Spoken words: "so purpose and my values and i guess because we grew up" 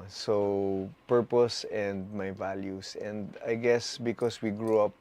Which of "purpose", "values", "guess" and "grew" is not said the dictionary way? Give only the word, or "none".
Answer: values